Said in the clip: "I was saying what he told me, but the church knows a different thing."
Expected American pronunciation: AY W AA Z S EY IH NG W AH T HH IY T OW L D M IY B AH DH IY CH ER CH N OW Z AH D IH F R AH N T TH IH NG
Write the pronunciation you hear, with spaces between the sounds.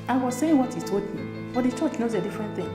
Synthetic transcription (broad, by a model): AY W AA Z S EY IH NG W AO T HH IY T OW D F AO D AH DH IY CH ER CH N OW Z AH D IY F R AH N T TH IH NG